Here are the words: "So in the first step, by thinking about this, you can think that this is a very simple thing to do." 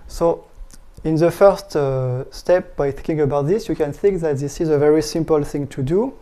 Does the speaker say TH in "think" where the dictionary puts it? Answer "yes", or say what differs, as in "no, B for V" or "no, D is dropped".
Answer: yes